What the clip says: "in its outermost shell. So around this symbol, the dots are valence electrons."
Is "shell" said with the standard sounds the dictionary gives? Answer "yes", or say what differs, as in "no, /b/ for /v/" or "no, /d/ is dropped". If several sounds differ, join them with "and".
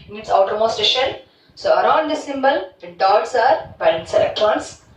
no, /n/ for /l/